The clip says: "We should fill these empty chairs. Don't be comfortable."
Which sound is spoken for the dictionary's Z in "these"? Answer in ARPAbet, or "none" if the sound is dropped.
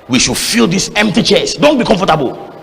S